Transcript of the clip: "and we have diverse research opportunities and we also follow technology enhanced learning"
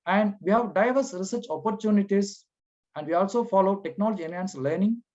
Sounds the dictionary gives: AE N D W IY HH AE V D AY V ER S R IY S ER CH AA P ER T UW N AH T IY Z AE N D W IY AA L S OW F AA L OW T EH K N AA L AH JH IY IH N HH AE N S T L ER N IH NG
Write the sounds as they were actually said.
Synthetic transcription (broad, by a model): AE N D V IY HH AE V D AY V ER S R IY S ER CH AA P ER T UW N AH T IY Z AE N D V IY AA L S OW F AA L OW T EH K N AA L AH JH IY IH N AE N S L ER N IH NG